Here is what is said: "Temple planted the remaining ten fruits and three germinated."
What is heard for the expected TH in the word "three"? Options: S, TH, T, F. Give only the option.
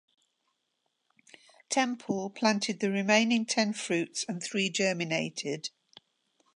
TH